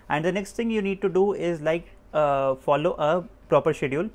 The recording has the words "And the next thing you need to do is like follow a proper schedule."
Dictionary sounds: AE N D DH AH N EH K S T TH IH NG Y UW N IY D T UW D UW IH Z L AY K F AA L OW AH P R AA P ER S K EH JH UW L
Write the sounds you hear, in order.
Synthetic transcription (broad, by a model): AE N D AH N EH K S T T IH NG Y UW N IY D T UW D UW IH Z L AY K F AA L OW AH P R AA P ER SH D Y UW L